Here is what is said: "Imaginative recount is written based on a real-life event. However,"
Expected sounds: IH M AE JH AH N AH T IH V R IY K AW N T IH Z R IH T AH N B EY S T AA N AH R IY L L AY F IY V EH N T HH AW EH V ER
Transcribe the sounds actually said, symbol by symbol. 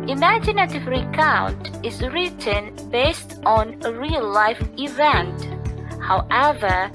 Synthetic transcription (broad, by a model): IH M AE JH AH N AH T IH V R IY K AW N T IH Z R IH T AH N B EY S T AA N AH R IY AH L AY F IY V EH N T HH AW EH V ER